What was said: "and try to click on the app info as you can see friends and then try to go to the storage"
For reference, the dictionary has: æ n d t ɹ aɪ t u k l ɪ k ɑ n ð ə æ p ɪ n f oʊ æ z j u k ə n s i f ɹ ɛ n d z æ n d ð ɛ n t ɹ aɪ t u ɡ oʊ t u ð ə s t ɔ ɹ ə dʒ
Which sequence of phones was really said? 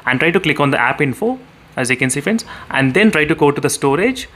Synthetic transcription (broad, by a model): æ n t ɹ aɪ t u k l ɪ k ɑ n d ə æ p ɪ n f oʊ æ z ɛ k ə n s i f ɛ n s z æ n d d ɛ n t ɹ aɪ t u ɡ oʊ t u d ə s t ɔ ɹ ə dʒ